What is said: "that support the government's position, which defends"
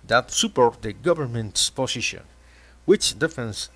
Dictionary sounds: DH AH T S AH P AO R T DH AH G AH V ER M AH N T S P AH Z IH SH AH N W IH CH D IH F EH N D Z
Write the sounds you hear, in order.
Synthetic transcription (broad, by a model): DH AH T S AH P AO R T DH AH G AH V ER M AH N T S P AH S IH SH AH N W IH CH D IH F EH N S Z